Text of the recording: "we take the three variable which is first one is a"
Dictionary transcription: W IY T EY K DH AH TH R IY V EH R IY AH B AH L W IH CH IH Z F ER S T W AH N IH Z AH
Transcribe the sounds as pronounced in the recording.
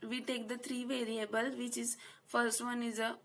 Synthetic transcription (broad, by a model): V IY T EY K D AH T R IY V EH R IY AH B AH L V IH CH IH Z F ER S T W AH N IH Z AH